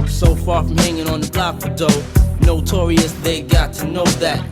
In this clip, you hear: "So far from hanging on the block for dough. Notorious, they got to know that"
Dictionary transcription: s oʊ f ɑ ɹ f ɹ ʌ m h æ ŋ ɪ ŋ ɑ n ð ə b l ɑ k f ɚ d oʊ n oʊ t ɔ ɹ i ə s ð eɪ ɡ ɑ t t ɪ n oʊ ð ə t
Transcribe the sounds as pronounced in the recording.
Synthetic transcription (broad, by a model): s oʊ f ɑ ɹ f ɹ ʌ m h æ ŋ ɪ ŋ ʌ n ð ə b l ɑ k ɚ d oʊ n oʊ t ɔ ɹ i ə s ð eɪ ɡ ɑ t t ɪ n oʊ ð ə t